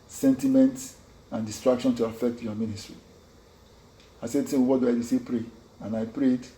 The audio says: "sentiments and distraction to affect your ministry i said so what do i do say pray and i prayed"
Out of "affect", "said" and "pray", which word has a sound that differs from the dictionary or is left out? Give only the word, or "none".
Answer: none